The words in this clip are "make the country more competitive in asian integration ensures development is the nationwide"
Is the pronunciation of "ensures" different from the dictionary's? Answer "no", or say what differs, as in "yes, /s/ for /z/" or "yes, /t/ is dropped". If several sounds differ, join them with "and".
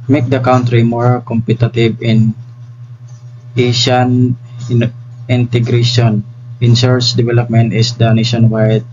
yes, /s/ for /ʃ/